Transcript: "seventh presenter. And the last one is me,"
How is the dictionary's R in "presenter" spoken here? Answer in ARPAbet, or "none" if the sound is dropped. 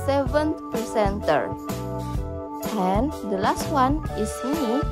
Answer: none